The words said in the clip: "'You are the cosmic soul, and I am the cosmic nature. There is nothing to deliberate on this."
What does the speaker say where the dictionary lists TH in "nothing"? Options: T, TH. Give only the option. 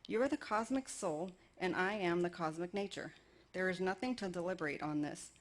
TH